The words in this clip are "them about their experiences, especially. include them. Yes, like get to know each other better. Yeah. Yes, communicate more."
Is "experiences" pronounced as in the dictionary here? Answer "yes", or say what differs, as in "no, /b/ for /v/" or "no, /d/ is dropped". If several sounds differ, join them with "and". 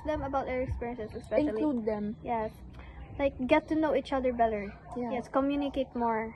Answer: no, /s/ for /z/